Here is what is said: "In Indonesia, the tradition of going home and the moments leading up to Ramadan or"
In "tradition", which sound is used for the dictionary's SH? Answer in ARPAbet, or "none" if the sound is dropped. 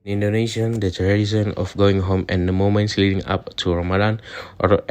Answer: S